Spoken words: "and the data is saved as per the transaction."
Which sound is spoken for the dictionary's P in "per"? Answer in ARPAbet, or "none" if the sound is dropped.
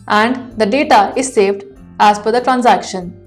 F